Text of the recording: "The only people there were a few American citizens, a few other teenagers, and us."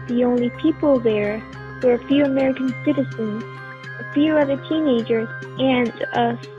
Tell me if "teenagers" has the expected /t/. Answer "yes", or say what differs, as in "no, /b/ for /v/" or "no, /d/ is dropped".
yes